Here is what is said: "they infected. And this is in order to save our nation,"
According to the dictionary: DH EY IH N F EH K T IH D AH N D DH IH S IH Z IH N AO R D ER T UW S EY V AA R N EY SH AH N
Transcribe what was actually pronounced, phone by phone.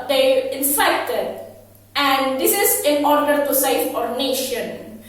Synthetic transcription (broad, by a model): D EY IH N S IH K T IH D AH N D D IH S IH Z IH N AO R D ER T UW S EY F AA R N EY SH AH N